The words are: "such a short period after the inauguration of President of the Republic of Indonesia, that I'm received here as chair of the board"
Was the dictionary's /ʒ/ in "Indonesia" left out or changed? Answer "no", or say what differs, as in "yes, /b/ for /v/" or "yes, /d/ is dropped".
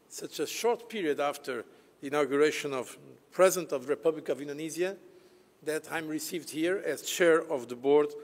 yes, /z/ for /ʒ/